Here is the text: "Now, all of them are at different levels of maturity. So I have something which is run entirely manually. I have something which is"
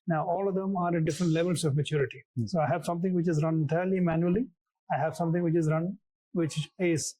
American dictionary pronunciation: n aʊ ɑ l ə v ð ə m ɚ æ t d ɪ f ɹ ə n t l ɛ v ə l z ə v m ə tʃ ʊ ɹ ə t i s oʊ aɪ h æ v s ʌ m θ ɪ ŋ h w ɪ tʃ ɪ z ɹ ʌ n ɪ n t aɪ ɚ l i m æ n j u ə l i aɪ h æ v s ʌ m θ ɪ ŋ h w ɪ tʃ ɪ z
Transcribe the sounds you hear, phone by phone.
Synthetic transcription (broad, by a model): n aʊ ɑ l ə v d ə m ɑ t d ɪ f ɹ ə n t l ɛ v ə l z ə v m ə tʃ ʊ ɹ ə t i s oʊ aɪ h æ v s ʌ m t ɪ ŋ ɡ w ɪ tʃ ɪ z ɹ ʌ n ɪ t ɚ l i m æ n j u ə l i aɪ h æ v s ʌ m t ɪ ŋ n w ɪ tʃ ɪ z